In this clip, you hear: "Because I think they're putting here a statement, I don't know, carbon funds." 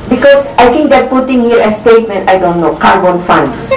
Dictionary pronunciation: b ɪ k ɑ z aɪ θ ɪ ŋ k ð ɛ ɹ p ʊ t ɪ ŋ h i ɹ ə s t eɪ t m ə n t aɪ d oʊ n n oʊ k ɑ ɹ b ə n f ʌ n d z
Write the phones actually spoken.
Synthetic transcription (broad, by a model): b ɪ k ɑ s aɪ t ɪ ŋ k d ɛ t p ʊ t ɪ ŋ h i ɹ ə s t eɪ t m ə n t aɪ d oʊ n n oʊ k ɑ ɹ b ə n f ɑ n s